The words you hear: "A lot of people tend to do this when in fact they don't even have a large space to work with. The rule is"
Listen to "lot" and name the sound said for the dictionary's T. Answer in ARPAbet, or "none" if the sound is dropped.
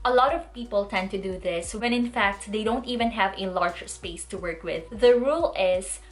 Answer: T